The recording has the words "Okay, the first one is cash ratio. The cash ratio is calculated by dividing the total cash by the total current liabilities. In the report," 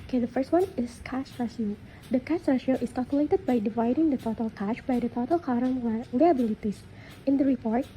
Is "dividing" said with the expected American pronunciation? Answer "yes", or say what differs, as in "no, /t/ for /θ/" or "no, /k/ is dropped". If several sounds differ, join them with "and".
yes